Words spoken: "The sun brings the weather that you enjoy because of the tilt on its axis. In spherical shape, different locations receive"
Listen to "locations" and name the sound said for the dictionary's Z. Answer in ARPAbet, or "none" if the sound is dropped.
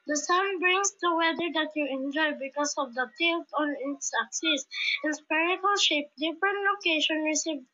none